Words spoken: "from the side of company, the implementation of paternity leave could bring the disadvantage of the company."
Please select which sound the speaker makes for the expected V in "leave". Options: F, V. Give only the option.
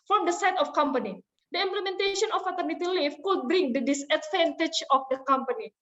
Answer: F